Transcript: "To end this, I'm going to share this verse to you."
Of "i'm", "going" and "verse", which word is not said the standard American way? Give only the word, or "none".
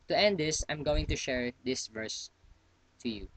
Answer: none